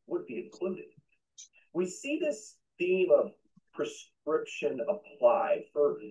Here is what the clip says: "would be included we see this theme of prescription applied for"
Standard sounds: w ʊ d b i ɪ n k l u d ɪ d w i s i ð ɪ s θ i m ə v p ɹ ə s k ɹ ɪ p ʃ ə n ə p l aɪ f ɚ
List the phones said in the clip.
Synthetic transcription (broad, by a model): w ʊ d b i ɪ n k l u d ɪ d w i s i ð ɪ s θ i m ə v p ɹ ə s k ɹ ɪ p ʃ ə n ə p l aɪ f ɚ